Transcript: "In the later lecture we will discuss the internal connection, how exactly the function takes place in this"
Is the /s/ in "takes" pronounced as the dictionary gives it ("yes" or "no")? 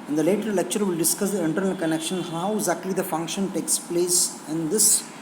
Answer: yes